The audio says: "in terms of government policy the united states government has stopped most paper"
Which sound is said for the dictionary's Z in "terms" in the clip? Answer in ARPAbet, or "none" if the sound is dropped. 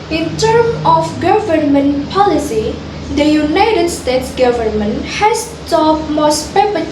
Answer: none